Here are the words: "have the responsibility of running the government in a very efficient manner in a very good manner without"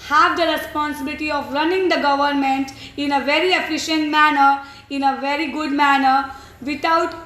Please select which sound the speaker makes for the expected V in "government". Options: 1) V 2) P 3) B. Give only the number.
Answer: 1